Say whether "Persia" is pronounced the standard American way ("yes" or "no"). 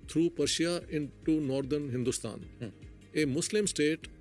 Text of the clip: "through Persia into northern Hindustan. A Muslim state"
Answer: no